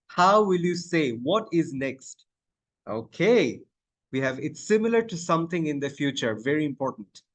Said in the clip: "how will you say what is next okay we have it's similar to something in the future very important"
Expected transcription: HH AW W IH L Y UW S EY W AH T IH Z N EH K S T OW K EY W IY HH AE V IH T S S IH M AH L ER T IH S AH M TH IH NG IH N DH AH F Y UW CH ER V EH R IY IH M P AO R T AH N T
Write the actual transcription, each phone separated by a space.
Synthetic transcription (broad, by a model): HH AW W IH L Y UW S EY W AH T IH Z N EH K S T OW K EY W IY HH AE V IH T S S IH M AH L ER T IH S AH M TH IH NG IH N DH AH F Y UW CH ER V EH R IY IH M P AO R T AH N T